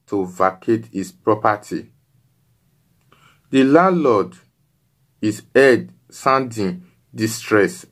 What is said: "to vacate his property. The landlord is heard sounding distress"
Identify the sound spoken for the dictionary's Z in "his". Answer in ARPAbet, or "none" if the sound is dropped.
S